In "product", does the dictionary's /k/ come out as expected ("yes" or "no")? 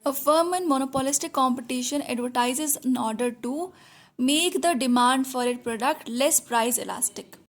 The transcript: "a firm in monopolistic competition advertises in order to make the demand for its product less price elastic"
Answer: yes